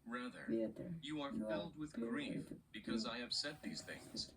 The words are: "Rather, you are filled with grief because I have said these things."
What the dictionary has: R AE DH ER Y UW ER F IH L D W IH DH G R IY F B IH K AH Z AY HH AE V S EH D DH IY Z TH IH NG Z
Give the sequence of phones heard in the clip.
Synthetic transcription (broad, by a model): R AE DH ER Y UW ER F IH L D W IH DH G R IY F B IH K AH Z AY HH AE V S EH D DH IY Z TH IH NG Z